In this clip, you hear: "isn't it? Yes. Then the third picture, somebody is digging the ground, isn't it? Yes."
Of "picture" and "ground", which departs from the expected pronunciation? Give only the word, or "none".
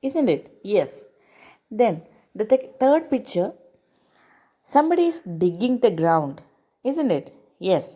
none